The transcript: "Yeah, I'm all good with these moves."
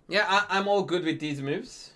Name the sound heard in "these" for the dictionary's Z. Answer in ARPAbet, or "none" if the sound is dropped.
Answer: Z